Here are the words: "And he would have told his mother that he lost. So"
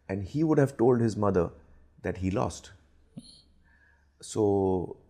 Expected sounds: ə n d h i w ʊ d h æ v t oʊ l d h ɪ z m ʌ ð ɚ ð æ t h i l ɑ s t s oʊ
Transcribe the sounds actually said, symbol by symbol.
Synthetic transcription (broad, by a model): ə n d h i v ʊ d h æ v t oʊ l d h ɪ z m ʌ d ɚ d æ t h i l ɑ s t s oʊ